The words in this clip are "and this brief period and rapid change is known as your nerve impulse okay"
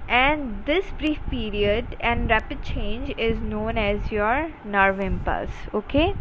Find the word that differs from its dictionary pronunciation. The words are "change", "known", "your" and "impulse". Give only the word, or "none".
impulse